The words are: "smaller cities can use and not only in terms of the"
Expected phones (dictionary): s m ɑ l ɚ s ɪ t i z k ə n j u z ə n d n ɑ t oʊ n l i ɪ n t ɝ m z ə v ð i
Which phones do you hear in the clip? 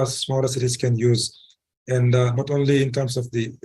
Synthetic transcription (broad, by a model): s m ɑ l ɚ s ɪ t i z k ə n j u z ə n d n ɑ t oʊ n l i ɪ n t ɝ m s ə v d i